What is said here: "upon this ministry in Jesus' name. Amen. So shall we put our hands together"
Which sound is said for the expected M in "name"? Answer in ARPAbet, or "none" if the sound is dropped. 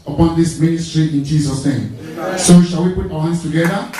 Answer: none